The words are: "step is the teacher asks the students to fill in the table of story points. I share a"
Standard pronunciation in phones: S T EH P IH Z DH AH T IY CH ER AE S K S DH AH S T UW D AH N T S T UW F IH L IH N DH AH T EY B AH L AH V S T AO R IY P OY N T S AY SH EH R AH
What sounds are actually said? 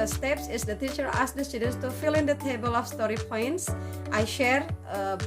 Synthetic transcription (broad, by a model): S T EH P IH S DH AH T IY CH ER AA S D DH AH S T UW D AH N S T UW F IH L IH N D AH T EY B AH L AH F S T AO R IY P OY N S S AY SH EH R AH